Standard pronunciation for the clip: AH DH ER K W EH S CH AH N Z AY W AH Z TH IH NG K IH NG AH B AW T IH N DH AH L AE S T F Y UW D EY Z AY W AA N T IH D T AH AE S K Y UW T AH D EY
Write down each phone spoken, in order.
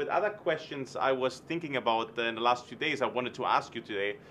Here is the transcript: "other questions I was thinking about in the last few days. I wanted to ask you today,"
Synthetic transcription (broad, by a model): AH DH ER K W EH S CH AH N Z AY W AH Z TH IH NG K IH NG AH B AW T IH N DH AH L AE S T F Y UW D EY Z AY W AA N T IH D T AH AE S K Y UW T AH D EY